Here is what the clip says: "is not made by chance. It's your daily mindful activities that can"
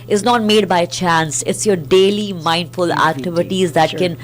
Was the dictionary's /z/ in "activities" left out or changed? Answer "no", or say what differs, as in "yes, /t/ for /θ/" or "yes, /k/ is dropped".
no